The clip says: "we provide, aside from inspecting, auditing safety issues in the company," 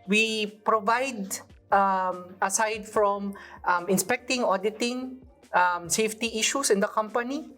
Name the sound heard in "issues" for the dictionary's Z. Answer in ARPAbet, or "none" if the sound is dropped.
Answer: S